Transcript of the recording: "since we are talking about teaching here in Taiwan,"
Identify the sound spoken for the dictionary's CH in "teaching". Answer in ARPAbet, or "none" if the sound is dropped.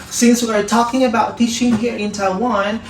SH